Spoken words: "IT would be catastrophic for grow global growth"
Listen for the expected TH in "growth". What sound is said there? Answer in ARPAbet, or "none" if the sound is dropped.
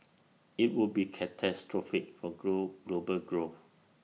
F